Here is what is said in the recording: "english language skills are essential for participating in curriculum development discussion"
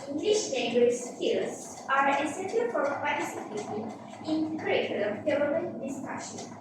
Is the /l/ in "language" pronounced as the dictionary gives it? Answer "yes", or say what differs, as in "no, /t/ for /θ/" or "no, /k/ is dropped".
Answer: no, /n/ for /l/